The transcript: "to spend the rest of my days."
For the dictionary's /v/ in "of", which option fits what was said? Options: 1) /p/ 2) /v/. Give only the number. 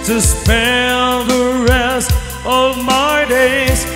2